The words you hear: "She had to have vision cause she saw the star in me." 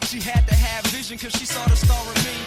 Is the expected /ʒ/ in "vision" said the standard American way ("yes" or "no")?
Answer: yes